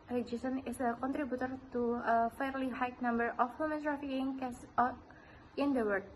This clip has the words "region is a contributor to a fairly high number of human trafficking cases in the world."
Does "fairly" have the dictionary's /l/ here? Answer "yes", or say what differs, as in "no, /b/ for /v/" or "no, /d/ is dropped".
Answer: yes